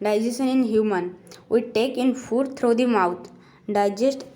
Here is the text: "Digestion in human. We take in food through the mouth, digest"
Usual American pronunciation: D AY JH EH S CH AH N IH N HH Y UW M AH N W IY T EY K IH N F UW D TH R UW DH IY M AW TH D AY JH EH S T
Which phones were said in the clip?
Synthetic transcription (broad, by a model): D AY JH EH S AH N IH N HH Y UW M AH N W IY T EY K IH N F UW D T R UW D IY M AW T D AY JH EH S T